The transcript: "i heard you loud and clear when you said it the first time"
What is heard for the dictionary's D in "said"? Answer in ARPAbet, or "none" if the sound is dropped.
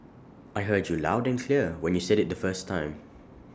D